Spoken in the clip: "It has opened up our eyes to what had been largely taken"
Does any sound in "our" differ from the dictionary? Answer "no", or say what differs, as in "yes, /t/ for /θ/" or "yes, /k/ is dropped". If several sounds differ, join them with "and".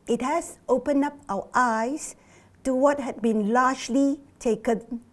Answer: yes, /w/ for /ɹ/